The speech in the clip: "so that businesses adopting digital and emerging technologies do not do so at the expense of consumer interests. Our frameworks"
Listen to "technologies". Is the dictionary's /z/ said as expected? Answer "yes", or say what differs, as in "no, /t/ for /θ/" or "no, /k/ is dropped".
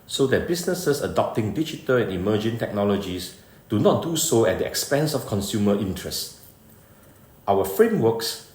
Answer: no, /s/ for /z/